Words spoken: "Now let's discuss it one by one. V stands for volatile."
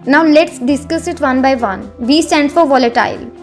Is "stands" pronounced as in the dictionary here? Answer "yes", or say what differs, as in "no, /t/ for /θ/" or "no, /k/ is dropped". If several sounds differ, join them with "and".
no, /z/ is dropped